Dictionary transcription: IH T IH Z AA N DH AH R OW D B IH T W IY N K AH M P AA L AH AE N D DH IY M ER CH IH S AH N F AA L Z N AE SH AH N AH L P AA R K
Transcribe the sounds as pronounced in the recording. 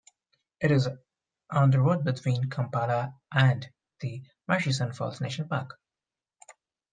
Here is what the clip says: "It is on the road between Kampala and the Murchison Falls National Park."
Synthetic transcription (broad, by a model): IH T IH Z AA N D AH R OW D B IH T W IY N K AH M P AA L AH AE N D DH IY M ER SH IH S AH N F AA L S N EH AH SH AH N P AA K